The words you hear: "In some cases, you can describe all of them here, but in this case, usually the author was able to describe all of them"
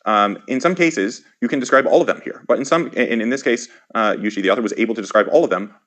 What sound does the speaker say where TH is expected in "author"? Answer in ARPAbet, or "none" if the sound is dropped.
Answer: TH